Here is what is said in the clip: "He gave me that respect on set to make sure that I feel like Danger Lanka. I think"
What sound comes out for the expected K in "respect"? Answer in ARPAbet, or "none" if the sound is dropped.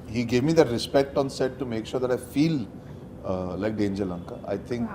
K